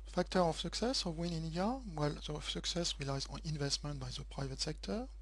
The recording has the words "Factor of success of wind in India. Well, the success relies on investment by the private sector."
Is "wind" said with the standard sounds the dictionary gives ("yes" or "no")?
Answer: no